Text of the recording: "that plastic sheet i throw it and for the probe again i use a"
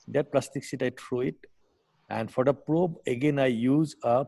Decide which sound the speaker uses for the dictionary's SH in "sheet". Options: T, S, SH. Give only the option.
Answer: S